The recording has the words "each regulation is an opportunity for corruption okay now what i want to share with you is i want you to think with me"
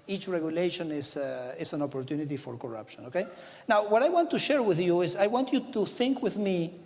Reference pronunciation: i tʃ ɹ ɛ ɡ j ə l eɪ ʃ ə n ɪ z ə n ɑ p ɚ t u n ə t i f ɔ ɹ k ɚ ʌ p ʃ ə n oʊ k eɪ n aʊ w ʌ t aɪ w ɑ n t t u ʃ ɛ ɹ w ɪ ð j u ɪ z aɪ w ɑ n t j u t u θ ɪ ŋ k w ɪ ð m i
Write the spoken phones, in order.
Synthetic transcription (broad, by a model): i tʃ ɹ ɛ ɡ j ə l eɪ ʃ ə n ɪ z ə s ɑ p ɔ t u n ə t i f ɔ ɹ k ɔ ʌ p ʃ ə n oʊ k eɪ n aʊ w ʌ t aɪ w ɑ n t t u ʃ ɛ ɹ w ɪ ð j u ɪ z aɪ w ɑ n t j u t u θ ɪ ŋ k w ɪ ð m i